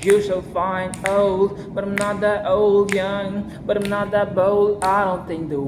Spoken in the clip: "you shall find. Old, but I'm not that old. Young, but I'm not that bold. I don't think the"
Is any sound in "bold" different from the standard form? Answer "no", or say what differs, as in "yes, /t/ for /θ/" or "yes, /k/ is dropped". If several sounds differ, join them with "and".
yes, /d/ is dropped